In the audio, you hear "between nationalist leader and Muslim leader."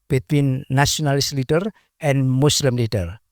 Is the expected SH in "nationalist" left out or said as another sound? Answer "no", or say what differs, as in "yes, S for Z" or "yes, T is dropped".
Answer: yes, SH is dropped